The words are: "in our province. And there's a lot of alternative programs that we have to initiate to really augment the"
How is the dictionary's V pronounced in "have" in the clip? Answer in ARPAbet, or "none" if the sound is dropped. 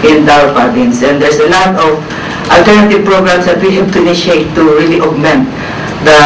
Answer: B